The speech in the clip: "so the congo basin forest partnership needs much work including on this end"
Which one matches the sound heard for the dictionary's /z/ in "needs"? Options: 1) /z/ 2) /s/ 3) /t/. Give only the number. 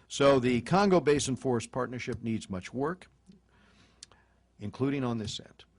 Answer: 1